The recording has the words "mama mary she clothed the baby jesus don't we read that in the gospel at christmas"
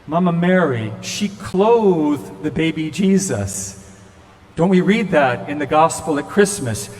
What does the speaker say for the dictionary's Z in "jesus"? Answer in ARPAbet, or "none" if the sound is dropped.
Z